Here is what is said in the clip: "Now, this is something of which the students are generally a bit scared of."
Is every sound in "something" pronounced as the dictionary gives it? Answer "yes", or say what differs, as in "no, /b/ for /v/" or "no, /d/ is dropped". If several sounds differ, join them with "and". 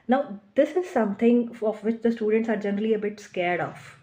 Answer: no, /t/ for /θ/